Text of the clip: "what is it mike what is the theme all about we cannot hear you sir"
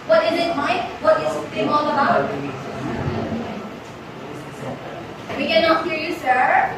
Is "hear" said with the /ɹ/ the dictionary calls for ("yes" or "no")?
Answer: yes